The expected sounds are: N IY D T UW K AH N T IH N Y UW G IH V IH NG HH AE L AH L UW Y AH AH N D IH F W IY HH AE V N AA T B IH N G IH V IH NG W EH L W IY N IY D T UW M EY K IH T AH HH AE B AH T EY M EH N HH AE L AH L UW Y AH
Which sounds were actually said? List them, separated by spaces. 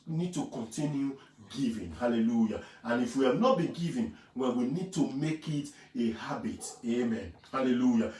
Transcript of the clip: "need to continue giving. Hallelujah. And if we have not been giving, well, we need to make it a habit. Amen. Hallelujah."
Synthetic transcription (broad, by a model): N IY D T UW K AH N T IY N Y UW G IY V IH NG HH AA L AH L UW Y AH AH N IH F W IY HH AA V N AA T B IH N G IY V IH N W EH N W IY N IY D T UW M EY K IH T AH HH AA B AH T EY M EH N HH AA L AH L UW Y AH